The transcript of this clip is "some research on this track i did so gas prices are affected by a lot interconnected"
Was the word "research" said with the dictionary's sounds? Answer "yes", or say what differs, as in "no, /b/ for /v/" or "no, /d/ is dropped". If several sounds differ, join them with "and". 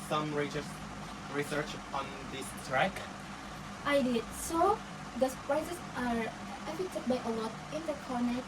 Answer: yes